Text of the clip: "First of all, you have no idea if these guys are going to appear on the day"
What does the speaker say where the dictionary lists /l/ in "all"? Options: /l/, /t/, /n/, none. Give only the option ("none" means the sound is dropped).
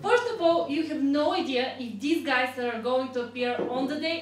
/l/